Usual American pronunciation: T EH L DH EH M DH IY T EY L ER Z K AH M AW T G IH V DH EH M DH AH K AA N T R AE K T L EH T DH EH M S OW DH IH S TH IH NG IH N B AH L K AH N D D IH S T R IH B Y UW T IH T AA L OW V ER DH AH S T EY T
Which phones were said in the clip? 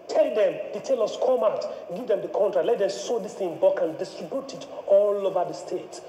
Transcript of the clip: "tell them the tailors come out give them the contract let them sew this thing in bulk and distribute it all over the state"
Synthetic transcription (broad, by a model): T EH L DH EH M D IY T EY L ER S K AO M AW T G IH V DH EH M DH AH K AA N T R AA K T L EH T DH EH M S OW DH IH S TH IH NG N B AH K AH N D D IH S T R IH B Y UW T IH T AA L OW V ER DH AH S T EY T